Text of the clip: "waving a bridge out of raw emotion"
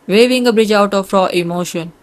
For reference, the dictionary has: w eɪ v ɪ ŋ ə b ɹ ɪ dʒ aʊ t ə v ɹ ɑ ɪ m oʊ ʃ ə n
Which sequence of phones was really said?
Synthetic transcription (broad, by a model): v eɪ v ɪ ŋ ə b ɹ ɪ dʒ aʊ t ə f ɹ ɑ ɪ m oʊ ʃ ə n